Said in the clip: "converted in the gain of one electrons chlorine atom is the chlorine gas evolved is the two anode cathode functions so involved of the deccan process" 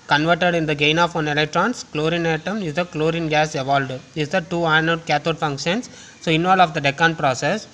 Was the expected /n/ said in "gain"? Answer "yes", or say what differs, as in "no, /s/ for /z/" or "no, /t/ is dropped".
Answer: yes